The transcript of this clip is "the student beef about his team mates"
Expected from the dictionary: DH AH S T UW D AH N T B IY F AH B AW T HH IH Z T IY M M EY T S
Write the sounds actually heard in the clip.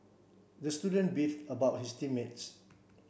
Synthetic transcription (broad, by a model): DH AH S T UW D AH N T B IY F AH B AW T HH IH S T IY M M EY T S